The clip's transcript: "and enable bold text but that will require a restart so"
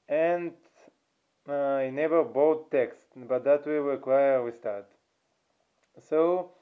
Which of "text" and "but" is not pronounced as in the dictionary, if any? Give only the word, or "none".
none